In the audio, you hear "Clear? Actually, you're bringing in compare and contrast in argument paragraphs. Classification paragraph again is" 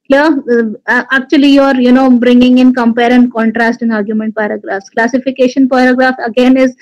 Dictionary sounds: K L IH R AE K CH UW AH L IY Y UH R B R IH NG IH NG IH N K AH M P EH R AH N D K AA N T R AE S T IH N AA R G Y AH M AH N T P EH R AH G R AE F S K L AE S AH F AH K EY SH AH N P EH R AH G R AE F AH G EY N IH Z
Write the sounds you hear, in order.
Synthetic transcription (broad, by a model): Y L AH AE K CH UW AH L IY Y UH R B R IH NG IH NG IH N K AH M P EH R AH N D K AA N T R AE S T IH N AA R G Y AH M AH N T P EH R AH G R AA F S K L AE S AH F AH K EY SH AH N P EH R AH G R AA F AH G EY N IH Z